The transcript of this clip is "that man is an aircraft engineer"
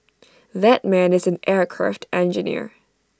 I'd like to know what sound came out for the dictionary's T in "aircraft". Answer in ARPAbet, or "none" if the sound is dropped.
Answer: T